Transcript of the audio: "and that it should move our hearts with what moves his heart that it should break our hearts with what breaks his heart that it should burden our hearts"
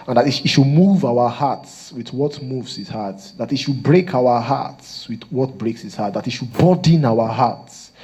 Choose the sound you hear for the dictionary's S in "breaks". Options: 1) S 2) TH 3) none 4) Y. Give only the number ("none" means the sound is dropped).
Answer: 1